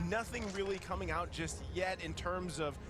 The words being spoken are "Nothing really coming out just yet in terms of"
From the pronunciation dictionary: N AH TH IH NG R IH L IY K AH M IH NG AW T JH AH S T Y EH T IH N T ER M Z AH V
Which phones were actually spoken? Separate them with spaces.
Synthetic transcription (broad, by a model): N AH TH IH NG R IH L IY K AH M IH NG AW T JH AH S T Y EH T IH N T ER M Z AH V